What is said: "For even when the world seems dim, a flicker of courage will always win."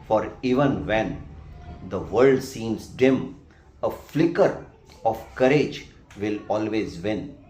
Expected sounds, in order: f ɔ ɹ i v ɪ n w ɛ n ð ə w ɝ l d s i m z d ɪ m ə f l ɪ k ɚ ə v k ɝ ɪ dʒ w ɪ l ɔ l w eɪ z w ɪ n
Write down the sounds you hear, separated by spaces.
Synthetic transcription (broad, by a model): f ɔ ɹ i v ɪ n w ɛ n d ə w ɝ l d s i m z d ɪ m ə f l ɪ k ɚ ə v k ɝ ɪ dʒ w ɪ l ɔ l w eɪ z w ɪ n